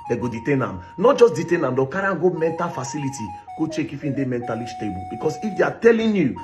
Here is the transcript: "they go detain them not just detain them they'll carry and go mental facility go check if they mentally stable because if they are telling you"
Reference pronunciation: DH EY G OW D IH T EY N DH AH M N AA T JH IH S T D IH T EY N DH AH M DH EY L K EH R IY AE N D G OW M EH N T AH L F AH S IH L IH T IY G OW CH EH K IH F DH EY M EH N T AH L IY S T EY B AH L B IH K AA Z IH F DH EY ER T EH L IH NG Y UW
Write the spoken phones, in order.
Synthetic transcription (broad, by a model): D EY G OW D IH T EY N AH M N AA T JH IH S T D IH T EY N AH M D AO K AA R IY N G OW M EH N T AH L F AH S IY L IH T IY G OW CH EH K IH F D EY M EH N T AH L IY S T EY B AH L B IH K AA S IH F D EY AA T EH L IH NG Y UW